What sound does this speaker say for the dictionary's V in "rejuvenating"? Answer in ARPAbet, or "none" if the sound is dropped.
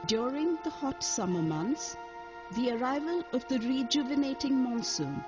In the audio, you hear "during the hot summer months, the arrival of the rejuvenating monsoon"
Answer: V